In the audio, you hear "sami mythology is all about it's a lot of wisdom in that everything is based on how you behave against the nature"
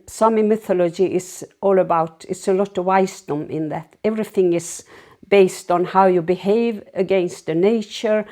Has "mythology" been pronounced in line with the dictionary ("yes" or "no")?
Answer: yes